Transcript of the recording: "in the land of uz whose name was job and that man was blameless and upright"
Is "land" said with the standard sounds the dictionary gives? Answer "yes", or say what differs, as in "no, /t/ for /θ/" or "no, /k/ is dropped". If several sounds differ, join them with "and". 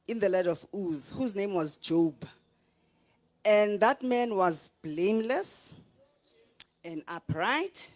no, /n/ is dropped